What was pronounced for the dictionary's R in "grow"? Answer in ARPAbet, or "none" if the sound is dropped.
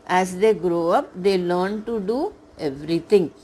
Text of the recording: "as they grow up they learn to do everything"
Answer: R